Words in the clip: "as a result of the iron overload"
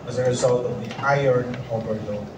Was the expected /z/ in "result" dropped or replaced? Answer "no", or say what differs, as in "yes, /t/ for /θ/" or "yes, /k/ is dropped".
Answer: no